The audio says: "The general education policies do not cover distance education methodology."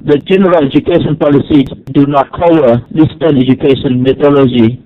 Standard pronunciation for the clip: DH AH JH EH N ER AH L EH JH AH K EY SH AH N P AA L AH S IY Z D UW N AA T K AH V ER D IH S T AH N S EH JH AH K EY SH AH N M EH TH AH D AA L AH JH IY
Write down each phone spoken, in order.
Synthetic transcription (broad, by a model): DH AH JH EH N ER AH L EH JH AH K EY SH AH N P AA L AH S IY D UW N AA T K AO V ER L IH S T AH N EH JH AH K EY SH AH N M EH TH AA L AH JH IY